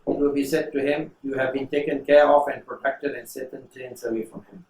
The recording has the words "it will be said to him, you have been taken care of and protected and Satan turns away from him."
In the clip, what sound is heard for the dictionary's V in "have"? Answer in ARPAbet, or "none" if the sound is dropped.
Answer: V